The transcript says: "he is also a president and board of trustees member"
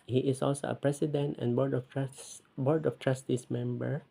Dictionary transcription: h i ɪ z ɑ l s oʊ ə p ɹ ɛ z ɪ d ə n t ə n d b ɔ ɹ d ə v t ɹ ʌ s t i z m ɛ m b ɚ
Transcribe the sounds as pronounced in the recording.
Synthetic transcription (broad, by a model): h i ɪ s ɑ l s oʊ ə p ɹ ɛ s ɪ d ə n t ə n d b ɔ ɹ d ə f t ɹ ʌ s t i s m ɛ m b ɚ